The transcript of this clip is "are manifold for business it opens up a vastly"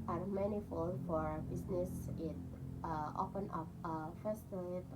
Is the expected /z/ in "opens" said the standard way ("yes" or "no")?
no